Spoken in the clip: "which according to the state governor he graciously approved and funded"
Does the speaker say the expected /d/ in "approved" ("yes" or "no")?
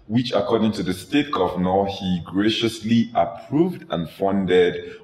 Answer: yes